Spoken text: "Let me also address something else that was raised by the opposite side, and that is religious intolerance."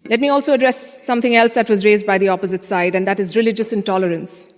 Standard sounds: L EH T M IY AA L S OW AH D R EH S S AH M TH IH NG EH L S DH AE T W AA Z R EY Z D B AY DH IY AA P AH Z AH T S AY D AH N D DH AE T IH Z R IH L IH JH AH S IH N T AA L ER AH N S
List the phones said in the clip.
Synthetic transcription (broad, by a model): L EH T M IY AA L S OW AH D R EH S S AH M T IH NG EH L S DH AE T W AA Z R EY Z D B AY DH IY AA P AH Z AH T S AY D AH N D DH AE T IH Z R IH L IH JH AH S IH N T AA L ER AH N S